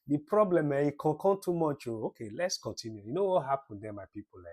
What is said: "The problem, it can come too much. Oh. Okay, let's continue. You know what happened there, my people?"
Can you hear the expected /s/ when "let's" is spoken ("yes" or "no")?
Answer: yes